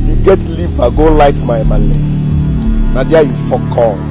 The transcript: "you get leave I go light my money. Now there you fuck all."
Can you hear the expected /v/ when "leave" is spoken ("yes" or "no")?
no